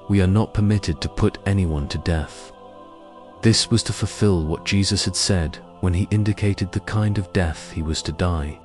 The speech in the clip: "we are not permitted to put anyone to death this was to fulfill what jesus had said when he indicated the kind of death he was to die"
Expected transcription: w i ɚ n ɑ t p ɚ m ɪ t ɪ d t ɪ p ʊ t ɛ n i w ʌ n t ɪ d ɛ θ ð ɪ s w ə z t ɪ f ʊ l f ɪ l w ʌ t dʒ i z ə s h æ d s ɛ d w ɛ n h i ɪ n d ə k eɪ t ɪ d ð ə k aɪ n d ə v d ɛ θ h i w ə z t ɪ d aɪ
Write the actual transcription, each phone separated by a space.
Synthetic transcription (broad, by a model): w i ɚ n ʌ t p ɚ m ɪ t ɪ d t ɪ p ʊ t ɛ n i w ʌ n t ɪ d ɛ θ ð ɪ s w ə z t ɪ f ʊ l f ɪ l w ʌ t dʒ i z ə s h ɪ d s ɛ d w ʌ n i ɪ n d ə k eɪ t ɪ d ð ə k aɪ n d ə v d ɛ θ h i w ə z t ɪ d aɪ